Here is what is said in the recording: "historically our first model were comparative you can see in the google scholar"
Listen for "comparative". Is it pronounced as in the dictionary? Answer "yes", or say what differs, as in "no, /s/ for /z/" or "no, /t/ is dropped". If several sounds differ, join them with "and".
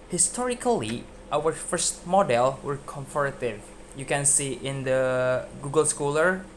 no, /f/ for /p/